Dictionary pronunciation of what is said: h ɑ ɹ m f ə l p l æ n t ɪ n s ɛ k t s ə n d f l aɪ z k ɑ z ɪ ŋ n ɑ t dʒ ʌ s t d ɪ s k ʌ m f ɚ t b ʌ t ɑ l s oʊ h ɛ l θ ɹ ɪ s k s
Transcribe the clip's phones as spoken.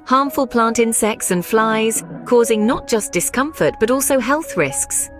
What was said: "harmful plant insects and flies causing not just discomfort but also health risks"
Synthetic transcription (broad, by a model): h ɑ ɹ m f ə l p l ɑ n t ɪ n s ɛ k t s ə n f l aɪ z k ɑ z ɪ ŋ n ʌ t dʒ ʌ s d ɪ s k ʌ m f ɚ t b ʌ t ɑ l s oʊ h ɛ l θ ɹ ɪ s k s